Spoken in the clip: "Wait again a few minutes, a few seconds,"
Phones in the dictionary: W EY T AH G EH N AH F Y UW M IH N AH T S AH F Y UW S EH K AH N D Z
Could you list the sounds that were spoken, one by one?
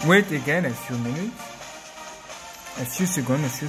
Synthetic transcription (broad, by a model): W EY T AH G EH N AH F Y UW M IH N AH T AH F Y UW S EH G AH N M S